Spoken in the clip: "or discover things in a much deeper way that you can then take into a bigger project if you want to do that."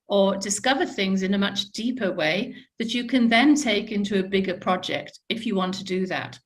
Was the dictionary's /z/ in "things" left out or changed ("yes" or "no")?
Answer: no